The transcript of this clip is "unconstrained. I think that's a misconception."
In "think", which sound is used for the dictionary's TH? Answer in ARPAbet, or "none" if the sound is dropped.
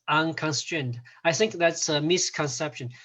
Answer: TH